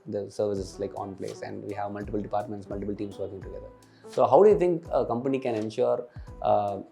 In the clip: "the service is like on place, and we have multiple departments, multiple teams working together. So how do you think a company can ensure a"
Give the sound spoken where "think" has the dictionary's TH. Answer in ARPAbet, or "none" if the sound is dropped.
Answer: T